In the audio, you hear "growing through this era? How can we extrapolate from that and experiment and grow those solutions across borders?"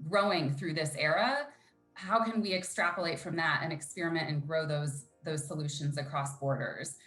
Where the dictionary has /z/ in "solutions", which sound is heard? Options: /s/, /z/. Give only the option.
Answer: /z/